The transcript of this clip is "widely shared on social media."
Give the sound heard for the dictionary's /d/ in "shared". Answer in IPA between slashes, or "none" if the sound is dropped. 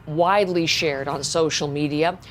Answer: /d/